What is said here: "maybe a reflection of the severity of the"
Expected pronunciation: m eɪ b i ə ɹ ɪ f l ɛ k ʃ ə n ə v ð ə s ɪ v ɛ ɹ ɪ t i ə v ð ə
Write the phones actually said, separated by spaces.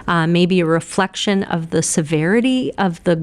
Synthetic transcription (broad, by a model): m eɪ b i ə ɹ ɪ f l ɛ k ʃ ə n ə v ð ə s ɪ v ɛ ɹ ɪ t i ə v ð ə